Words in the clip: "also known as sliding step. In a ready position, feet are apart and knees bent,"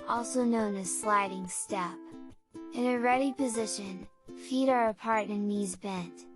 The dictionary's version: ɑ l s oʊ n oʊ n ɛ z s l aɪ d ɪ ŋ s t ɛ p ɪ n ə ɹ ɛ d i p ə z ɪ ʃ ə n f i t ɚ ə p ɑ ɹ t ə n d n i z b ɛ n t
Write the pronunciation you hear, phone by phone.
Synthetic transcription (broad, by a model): ɑ l s oʊ n oʊ n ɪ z s l aɪ d ɪ ŋ s t ɛ p ɪ n ə ɹ ɛ d i p ə z ɪ ʃ ə n f i t ɚ ə p ɑ ɹ t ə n n i z b ɛ n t